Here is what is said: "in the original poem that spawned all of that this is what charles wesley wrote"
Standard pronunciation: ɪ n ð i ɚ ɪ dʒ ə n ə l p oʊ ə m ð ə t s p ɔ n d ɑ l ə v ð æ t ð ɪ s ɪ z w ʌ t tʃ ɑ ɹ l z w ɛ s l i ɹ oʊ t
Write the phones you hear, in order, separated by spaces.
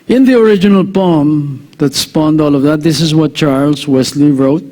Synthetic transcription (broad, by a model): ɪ n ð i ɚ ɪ dʒ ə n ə l p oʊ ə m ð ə t s p ɔ n d ɑ l ə v ð æ t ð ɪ s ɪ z w ʌ t tʃ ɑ ɹ l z w ɛ s l i ɹ oʊ t